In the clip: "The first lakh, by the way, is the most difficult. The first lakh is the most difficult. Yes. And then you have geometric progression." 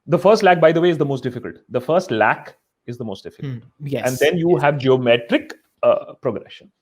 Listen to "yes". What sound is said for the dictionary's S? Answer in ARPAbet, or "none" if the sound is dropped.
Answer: none